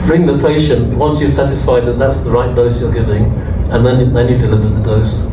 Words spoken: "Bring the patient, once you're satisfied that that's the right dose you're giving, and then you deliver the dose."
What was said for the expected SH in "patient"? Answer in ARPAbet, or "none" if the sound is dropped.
SH